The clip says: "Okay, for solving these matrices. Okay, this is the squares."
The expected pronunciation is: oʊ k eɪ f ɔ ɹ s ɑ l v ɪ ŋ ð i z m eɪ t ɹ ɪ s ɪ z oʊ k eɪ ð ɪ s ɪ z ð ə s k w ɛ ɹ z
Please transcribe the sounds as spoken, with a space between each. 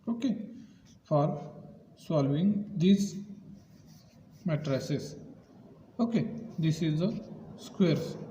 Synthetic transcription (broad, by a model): oʊ k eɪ f ɔ ɹ s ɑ l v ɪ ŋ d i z m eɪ t ɹ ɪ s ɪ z oʊ k eɪ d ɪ s ɪ z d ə s k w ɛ ɹ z